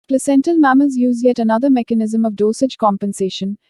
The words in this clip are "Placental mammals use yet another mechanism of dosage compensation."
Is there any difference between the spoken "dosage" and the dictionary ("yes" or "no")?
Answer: no